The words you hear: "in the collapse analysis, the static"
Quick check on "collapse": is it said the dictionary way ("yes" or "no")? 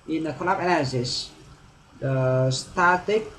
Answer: no